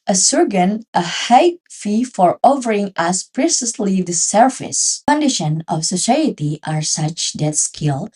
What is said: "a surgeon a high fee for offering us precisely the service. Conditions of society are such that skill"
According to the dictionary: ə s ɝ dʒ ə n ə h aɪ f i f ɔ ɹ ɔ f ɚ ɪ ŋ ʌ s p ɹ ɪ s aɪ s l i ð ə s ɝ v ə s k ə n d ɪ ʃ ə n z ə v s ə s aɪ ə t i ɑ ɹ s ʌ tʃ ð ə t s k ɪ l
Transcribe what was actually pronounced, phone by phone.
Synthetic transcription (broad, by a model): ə s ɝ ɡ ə n ə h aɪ f i f ɔ ɹ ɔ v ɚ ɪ ŋ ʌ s p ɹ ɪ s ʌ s l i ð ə s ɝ f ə s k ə n d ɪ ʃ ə n ə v s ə s aɪ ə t i ɑ ɹ s ʌ tʃ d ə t s k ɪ l